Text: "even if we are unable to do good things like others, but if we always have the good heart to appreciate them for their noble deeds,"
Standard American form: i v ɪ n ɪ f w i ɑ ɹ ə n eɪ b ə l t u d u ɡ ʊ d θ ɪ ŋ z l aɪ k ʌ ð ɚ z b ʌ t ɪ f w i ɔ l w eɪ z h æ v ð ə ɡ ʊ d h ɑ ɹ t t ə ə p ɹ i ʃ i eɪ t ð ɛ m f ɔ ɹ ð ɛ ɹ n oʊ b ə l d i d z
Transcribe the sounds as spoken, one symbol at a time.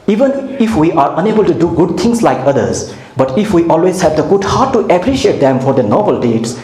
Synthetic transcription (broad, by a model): i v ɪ n ɪ f w i ɑ ɹ ə n eɪ b ə l t u d u ɡ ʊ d t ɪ ŋ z l aɪ k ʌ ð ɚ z b ʌ t ɪ f w i ɔ l w eɪ z h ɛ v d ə ɡ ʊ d h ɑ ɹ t t ə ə p ɹ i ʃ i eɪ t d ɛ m f ɔ ɹ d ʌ n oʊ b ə l d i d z